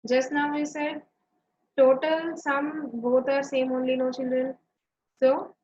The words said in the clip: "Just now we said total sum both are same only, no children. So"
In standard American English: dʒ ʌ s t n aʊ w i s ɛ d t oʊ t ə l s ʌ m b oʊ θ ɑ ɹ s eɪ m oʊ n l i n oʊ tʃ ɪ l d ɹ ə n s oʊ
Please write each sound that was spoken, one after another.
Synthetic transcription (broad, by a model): dʒ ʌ s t n aʊ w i s ɛ d t oʊ t ə l s ʌ m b oʊ t ɑ ɹ s eɪ m oʊ n l i n oʊ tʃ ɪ n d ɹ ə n s oʊ